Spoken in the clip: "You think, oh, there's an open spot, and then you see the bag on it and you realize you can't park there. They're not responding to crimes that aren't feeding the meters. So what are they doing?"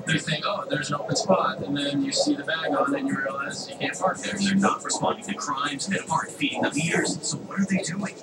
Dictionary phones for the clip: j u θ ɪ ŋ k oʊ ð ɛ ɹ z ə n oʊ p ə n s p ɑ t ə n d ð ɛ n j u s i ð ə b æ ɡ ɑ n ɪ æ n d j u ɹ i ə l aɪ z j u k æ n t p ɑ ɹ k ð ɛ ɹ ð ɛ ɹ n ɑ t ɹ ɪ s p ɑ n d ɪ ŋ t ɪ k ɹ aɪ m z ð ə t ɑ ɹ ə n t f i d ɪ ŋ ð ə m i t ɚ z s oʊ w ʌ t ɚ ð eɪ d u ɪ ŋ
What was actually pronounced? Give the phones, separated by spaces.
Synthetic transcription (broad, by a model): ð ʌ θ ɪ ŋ oʊ ð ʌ ɹ z ə n oʊ p ə n s p ɑ t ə n ð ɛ n j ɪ s i ð ə b æ ɡ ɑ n ɪ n j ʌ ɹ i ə l aɪ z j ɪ k æ n t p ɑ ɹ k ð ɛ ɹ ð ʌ ɹ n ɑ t ɹ ɪ s p ɑ n d ɪ ŋ t ɪ k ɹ aɪ m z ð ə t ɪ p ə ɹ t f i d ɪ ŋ ð ə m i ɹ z s oʊ w ʌ t ɚ ð eɪ d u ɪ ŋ